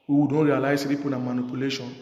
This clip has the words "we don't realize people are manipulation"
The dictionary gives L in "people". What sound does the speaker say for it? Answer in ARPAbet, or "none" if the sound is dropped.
N